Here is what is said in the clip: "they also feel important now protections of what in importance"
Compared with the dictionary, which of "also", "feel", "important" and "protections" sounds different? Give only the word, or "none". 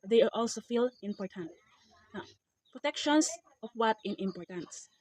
protections